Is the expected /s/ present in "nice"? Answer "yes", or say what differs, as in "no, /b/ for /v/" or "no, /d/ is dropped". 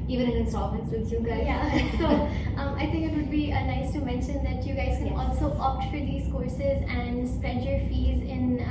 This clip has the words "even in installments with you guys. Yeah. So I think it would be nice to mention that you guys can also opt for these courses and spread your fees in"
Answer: yes